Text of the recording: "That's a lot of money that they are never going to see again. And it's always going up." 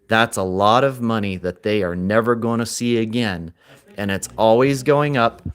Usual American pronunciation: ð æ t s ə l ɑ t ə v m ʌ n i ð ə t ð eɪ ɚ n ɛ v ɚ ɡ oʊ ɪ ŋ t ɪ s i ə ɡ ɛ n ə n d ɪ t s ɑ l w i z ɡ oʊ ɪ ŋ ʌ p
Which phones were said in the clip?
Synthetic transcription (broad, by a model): ð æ t s ə l ɑ t ə v m ʌ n i ð ə t ð eɪ ɚ n ɛ v ɚ ɡ oʊ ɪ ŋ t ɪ s i ə ɡ ɛ n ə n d ɪ t s ɑ l w i z ɡ oʊ ɪ ŋ ʌ p